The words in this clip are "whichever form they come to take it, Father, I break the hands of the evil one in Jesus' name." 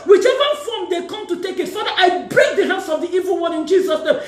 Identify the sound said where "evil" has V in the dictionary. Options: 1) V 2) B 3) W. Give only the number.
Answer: 1